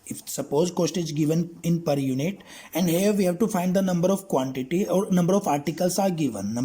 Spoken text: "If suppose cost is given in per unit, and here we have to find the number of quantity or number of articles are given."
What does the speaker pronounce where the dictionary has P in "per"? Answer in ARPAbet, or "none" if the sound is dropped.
P